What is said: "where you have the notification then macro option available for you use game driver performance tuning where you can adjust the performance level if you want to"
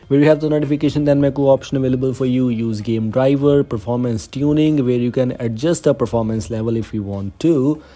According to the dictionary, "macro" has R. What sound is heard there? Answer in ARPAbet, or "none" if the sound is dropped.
none